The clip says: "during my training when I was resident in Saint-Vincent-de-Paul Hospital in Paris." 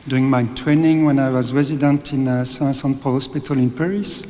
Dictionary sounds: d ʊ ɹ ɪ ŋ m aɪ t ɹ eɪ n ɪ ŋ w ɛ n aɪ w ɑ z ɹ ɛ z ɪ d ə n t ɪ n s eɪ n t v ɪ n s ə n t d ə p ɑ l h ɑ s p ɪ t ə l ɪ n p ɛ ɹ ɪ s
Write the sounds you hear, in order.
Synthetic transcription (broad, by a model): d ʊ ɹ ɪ ŋ m aɪ t ɹ eɪ n ɪ ŋ w ɛ n aɪ w ɑ z ɹ ɛ z ɪ d ə n t ɪ n s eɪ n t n s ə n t p ɑ l h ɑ s p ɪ t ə l ɪ n p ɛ ɹ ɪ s